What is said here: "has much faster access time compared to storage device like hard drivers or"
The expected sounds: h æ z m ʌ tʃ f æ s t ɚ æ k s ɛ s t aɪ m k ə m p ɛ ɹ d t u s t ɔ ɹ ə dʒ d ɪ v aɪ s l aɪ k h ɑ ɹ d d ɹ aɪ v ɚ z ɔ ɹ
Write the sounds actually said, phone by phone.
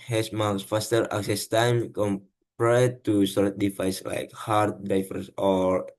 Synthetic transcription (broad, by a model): h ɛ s m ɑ s f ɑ s t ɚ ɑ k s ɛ s t aɪ m k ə m p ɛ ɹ t u s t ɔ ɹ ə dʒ d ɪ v aɪ s l aɪ k h ɑ ɹ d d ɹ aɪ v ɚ s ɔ ɹ